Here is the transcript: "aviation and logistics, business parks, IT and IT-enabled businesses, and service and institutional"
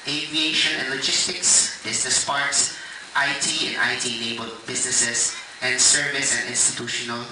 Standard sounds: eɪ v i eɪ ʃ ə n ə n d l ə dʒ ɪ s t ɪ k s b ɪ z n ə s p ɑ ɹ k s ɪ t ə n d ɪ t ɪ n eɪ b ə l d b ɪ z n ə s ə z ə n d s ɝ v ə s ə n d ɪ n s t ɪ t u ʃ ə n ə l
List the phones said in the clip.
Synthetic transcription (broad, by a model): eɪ v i eɪ ʃ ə n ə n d l ə dʒ ɪ s t ɪ k s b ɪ s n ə s p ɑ ɹ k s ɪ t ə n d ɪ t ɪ l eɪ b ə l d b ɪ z n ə s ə s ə n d s ɝ v ə s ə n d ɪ n s t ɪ t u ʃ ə n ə l